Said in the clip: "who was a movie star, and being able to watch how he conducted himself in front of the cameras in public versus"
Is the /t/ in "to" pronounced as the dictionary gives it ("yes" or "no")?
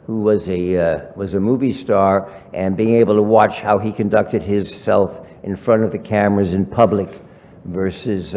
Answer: yes